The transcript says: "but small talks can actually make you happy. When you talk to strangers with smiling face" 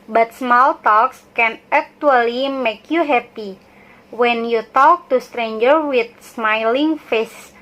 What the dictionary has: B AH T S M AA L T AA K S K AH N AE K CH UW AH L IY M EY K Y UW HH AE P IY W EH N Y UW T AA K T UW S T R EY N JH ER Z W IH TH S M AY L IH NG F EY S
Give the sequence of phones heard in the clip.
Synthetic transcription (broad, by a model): B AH T S M AA L T AA K S K AH N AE K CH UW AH L IY M EY K Y UW HH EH P IY W EH N Y UW T AA K T UW S T R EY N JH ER W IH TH S M AY L IH NG F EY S